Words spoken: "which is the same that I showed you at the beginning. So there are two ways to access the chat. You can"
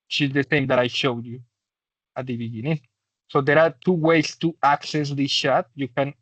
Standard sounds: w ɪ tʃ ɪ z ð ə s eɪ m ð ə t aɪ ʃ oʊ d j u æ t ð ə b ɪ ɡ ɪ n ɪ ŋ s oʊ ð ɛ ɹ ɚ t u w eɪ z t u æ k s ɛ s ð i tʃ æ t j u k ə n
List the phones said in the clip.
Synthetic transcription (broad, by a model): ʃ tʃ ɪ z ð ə s eɪ m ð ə t aɪ ʃ oʊ d j u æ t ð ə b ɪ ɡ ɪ n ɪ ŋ s oʊ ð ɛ ɹ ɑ t u w eɪ s t u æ k s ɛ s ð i ʃ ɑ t j u k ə n